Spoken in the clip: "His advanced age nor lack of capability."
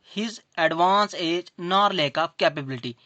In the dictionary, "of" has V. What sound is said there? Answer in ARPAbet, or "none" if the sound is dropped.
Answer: P